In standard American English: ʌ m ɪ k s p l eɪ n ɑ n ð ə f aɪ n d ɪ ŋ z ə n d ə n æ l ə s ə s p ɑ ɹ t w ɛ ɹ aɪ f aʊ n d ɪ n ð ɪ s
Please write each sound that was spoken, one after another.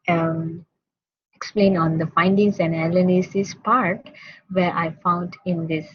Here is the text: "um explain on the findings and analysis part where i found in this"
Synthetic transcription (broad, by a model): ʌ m ɪ k s p l eɪ n ɑ n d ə f aɪ n d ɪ ŋ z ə n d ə l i n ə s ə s p ɑ ɹ t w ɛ ɹ aɪ f aʊ n d ɪ n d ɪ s